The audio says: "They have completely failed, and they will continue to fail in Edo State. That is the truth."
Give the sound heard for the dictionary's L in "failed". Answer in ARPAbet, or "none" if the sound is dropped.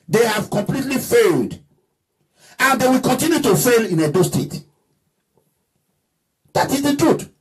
L